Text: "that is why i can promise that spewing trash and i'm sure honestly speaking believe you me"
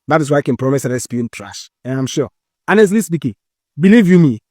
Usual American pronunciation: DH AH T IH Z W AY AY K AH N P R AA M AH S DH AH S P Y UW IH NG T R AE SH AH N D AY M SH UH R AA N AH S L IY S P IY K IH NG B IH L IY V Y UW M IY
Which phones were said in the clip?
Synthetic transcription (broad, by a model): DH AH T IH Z W AY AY K AH N P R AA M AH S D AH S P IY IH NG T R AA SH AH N AY M SH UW AA N AH S L IY S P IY K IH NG B IH L IY V Y UW M IY